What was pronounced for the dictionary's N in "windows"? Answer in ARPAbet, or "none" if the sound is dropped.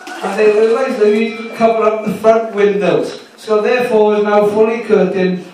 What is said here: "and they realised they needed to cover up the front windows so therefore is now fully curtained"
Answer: N